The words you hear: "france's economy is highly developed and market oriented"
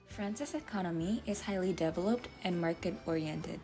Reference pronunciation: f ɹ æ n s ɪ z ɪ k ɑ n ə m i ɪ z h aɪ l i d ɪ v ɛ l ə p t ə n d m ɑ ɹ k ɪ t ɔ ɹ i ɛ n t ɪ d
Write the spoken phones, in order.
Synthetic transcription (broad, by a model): f ɹ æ n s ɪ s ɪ k ɑ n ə m i ɪ z h aɪ l i d ɪ v ɛ l ə p t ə n m ɑ ɹ k ɪ t ɔ ɹ i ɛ n t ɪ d